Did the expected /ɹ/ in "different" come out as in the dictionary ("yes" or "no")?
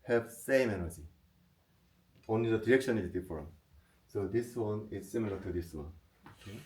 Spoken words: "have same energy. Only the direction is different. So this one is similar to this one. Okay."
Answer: no